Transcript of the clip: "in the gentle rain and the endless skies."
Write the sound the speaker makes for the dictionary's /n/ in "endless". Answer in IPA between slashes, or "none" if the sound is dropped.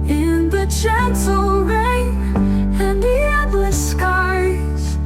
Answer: none